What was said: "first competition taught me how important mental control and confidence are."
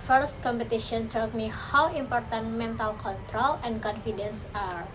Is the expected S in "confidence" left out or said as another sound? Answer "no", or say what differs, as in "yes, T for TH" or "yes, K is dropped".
no